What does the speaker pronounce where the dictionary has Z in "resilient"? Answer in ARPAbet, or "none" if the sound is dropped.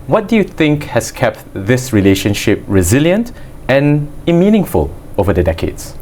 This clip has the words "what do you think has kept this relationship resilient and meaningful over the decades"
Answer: Z